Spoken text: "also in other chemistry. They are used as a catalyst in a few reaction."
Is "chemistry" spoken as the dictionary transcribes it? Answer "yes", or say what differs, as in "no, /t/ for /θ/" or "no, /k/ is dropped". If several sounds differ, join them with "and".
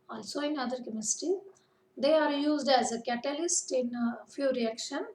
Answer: no, /ɹ/ is dropped